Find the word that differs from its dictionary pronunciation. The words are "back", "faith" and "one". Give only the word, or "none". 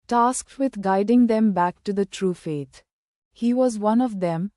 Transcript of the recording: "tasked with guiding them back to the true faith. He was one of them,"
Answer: faith